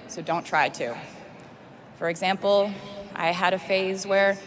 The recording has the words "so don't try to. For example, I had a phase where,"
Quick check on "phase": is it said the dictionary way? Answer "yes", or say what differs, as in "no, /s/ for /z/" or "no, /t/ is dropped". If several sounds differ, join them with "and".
yes